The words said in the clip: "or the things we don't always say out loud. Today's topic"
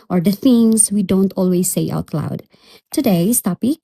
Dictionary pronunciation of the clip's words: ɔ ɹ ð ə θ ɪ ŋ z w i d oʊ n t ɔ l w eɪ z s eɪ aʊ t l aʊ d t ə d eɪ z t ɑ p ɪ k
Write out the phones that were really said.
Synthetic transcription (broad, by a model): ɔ ɹ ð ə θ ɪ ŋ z w i d oʊ n t ɔ l w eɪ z s eɪ aʊ t l aʊ d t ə d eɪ s t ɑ p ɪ